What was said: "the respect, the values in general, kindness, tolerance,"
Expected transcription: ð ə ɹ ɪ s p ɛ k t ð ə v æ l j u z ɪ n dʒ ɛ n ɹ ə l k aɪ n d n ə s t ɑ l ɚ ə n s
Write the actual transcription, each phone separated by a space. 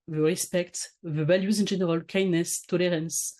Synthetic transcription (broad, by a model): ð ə ɹ ɪ s p ɛ k t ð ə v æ l j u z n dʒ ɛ n ɹ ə l k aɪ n n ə s t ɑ l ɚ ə n s